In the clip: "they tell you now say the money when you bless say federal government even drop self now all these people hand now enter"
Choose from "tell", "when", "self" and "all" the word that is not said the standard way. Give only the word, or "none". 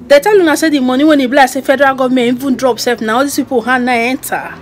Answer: self